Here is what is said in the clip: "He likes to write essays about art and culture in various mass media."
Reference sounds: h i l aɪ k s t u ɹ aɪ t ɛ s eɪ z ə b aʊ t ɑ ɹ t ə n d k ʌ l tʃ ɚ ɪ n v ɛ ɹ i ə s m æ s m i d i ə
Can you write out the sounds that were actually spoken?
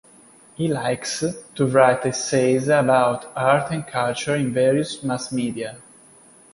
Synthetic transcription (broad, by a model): h i l aɪ k s t u ɹ aɪ t ɛ s eɪ z ə b aʊ t ɑ ɹ t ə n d k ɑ l tʃ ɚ ɪ n v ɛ ɹ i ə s m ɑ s m i d i ə